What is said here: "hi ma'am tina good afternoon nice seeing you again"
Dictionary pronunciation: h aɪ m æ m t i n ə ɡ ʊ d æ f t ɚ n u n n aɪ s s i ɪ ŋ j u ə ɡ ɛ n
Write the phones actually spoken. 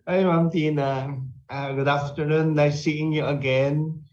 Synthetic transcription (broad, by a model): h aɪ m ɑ m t i n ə ɡ ʊ d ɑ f t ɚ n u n l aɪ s s i ɪ ŋ j u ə ɡ ɛ n